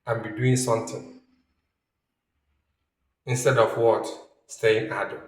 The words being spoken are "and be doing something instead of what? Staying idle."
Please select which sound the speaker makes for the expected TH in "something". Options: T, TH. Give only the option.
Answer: T